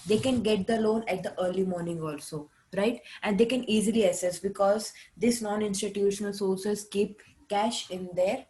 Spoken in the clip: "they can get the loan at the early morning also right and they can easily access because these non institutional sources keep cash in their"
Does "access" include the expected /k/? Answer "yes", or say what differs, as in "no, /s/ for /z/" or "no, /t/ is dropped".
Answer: no, /k/ is dropped